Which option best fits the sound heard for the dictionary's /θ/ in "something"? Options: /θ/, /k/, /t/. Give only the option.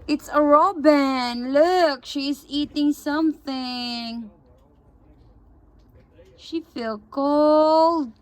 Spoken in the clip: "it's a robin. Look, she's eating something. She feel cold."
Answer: /θ/